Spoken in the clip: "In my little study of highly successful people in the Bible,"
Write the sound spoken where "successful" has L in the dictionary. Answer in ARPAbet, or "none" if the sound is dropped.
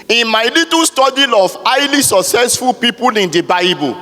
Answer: L